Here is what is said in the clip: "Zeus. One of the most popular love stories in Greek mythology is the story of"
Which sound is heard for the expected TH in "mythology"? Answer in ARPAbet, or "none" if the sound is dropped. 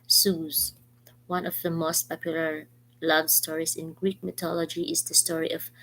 T